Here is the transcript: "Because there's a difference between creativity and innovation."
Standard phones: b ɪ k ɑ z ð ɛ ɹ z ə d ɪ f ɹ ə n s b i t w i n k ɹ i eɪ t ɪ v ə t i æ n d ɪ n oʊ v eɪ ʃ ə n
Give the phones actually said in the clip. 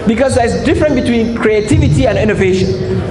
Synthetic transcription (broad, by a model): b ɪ k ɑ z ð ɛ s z d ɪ f ɹ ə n b i t w i n k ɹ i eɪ t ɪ v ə t i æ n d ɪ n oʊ v eɪ ʃ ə n